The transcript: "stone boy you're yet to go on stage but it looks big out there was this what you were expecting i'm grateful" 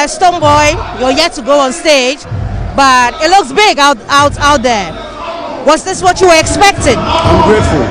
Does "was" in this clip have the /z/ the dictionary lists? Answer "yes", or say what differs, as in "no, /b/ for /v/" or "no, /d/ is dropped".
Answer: no, /s/ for /z/